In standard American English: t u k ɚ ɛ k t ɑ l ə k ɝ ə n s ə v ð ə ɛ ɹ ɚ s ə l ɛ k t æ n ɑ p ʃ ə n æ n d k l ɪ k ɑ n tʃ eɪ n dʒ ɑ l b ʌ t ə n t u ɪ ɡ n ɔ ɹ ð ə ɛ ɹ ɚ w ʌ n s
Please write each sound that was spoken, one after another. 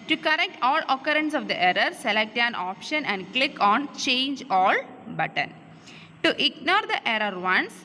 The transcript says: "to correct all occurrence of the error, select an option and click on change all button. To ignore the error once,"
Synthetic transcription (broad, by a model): t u k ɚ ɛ k t ɑ l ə k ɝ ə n s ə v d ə ɛ ɹ ɚ s ə l ɛ k t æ n ɑ p ʃ ə n æ n d k l ɪ k ɑ n tʃ eɪ n dʒ ɑ l b ʌ t ə n t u ɪ ɡ n ɔ ɹ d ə ɛ ɹ ɚ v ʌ n s